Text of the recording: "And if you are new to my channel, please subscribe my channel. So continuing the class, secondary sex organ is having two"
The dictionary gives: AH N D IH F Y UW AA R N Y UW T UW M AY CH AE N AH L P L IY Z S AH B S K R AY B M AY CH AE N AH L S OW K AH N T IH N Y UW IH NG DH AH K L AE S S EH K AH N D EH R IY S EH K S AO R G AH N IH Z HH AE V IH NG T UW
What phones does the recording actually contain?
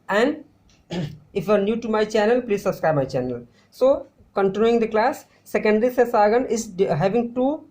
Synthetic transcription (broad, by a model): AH N D IH F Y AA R N Y UW T UW M AY CH AE N AH L P L IY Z S AH B S K R AY B M AY CH AE N AH L S OW K AH N T IH N Y UW IH NG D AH K L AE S S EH K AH N D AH R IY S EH S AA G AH N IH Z HH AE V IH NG T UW